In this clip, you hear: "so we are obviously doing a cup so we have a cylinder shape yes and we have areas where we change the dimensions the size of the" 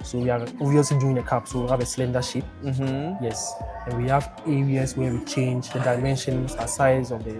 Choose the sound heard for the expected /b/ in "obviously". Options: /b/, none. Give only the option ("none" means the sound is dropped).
none